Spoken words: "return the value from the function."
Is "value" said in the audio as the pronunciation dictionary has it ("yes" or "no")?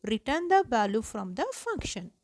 no